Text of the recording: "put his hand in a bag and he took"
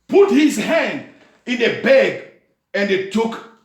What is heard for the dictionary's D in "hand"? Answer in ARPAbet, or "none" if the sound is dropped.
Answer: D